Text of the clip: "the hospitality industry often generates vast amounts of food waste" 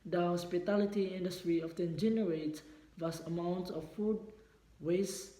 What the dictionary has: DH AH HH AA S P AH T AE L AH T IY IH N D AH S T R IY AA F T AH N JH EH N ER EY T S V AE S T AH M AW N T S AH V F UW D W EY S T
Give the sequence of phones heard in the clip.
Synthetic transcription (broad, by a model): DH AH HH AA S P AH T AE L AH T IY IH N D AH S T R IY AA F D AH N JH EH N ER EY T V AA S AH M AW N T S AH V F UW D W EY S